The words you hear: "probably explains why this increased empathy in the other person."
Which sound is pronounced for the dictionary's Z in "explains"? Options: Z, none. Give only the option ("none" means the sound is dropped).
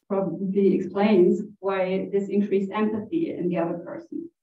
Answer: Z